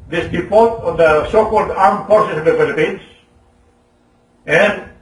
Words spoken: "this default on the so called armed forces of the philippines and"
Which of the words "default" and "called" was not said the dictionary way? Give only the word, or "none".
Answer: default